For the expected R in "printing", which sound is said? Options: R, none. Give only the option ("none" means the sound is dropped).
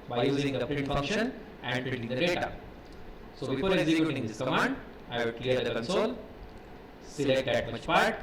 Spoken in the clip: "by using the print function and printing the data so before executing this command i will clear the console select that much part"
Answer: none